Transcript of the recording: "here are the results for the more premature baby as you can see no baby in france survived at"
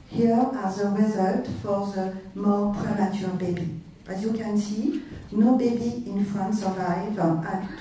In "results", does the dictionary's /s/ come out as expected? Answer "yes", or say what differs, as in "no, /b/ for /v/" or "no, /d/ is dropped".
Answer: no, /s/ is dropped